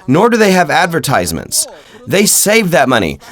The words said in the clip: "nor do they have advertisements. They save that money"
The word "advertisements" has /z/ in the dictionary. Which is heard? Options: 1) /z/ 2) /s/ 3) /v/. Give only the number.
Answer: 1